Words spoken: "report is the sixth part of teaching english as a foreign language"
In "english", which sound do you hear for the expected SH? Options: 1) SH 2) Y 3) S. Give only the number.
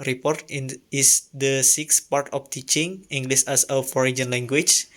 3